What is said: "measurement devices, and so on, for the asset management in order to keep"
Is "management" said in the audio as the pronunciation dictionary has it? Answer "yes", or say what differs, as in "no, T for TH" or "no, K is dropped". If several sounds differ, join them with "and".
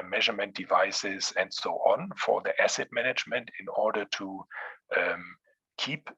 yes